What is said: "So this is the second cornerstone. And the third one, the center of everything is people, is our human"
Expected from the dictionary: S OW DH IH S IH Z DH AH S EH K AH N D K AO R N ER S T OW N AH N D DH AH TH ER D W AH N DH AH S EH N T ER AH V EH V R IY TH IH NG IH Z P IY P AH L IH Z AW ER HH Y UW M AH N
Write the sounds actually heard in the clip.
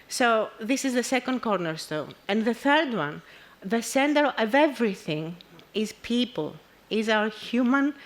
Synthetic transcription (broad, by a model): S OW DH IH S IH Z DH AH S EH K AH N D K AO R N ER S T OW N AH N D DH AH TH ER D W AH N DH AH S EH N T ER AH V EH V R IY TH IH NG IH Z P IY P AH L IH Z AW ER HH Y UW M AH N